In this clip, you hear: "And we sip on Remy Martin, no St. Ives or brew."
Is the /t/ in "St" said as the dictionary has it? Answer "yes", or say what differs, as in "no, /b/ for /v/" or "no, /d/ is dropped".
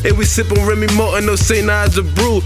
no, /t/ is dropped